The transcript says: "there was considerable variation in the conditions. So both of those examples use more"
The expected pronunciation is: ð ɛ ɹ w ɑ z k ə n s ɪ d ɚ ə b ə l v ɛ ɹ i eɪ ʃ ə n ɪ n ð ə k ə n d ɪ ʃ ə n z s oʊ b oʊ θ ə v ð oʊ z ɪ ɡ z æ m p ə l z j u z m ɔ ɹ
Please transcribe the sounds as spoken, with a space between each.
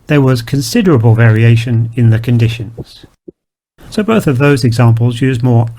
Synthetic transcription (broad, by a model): ð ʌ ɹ w ɑ z k ə n s ɪ d ɚ ə b ə l v ɛ ɹ i eɪ ʃ ə n ɪ n ð ə k ə n d ɪ ʃ ə n z s oʊ b oʊ θ ə v ð oʊ z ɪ ɡ z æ m p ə l z j u z m ɔ ɹ